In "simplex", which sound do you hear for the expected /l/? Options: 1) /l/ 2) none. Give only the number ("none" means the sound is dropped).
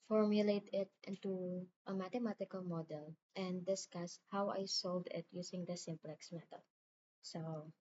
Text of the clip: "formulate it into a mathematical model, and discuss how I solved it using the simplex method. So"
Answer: 1